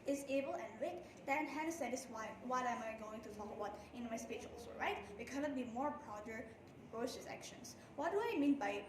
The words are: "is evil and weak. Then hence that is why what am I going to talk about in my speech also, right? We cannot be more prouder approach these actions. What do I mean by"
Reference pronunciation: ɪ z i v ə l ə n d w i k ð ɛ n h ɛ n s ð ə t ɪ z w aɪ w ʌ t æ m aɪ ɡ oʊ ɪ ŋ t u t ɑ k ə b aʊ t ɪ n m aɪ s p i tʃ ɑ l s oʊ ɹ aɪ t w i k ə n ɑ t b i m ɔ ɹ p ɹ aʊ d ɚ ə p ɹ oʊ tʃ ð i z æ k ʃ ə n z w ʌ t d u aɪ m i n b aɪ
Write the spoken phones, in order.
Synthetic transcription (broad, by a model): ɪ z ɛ b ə l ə n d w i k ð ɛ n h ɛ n s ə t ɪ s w aɪ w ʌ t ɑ m aɪ ɡ oʊ ɪ ŋ t u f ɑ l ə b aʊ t ɪ n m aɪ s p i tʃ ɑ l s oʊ ɹ aɪ t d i k ə n ɑ t b i m ɔ ɹ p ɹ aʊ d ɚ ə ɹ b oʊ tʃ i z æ k ʃ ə n s w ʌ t d u aɪ m i n b aɪ